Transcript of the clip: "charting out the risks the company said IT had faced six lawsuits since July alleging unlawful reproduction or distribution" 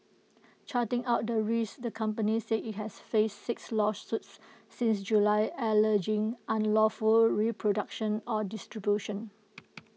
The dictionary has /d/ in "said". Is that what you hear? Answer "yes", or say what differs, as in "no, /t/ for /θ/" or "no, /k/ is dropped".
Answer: no, /d/ is dropped